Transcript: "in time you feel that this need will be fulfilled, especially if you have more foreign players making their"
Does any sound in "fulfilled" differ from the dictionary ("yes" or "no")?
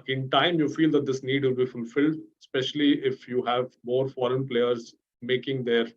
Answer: no